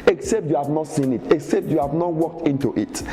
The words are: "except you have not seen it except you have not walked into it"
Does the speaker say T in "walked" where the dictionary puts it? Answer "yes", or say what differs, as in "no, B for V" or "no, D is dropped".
yes